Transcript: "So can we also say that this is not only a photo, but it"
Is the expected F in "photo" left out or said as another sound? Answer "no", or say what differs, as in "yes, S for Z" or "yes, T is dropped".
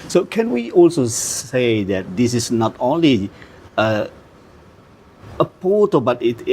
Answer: yes, P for F